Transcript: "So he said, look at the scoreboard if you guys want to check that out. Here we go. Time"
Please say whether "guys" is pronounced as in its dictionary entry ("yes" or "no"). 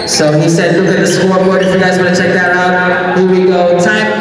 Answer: yes